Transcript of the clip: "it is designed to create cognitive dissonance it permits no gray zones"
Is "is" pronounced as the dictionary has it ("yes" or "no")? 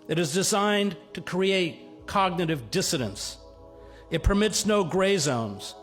yes